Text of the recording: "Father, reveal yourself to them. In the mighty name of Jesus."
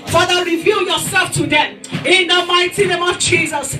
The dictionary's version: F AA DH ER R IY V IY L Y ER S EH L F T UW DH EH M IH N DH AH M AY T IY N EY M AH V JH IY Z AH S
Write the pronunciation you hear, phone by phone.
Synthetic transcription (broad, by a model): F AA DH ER R IY V IY L Y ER S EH L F T UW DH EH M IH N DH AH M AY T IY N EY M AH V JH IY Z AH S